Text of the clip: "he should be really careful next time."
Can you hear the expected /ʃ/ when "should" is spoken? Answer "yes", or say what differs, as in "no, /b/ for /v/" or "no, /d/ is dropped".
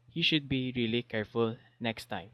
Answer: yes